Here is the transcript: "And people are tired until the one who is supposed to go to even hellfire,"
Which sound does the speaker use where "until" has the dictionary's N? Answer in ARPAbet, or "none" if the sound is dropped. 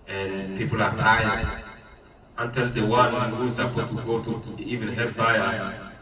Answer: N